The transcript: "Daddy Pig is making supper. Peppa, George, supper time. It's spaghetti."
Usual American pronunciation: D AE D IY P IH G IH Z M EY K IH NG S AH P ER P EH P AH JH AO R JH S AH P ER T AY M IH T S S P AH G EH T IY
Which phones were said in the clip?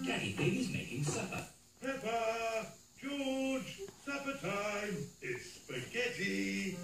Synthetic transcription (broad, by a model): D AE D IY B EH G IH Z M EY K IH NG S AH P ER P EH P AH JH AO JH S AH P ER T AY M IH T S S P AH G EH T IY